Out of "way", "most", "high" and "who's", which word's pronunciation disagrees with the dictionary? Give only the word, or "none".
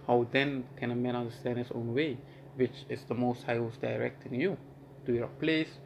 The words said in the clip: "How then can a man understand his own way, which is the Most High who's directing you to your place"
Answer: who's